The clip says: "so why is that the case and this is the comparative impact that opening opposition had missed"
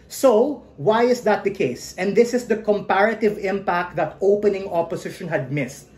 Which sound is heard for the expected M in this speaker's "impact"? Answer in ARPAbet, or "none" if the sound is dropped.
M